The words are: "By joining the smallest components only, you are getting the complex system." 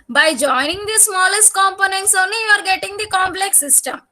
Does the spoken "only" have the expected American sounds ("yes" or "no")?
yes